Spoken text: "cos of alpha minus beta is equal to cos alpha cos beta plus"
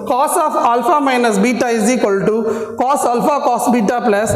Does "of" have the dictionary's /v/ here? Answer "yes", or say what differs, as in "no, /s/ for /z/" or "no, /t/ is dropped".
no, /f/ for /v/